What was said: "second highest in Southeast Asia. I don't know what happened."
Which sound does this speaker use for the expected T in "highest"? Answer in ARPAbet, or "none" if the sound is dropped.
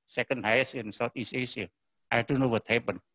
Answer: none